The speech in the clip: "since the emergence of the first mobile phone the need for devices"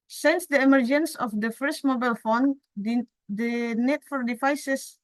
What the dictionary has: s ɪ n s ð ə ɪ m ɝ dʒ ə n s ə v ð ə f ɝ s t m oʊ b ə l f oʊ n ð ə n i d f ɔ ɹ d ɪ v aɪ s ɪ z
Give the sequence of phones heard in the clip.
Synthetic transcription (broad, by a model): s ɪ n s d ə ɪ m ɝ dʒ ə n s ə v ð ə f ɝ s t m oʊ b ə l f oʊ n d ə n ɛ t f ɔ ɹ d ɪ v aɪ s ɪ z